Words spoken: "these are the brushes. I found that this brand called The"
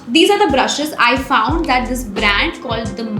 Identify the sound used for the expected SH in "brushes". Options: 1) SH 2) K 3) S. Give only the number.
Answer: 1